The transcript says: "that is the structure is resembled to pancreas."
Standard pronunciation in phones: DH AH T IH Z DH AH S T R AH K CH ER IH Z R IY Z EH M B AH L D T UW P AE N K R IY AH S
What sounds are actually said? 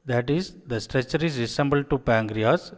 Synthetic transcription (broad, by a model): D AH T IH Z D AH S T R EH CH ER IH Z R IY S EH M B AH L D T UW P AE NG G R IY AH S